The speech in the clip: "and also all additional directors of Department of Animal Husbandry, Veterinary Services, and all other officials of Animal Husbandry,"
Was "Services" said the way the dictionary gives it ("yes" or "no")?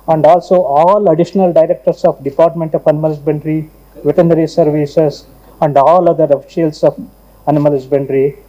no